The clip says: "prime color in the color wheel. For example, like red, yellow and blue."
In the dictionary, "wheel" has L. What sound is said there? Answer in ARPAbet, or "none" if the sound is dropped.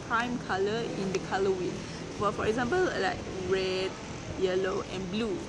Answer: N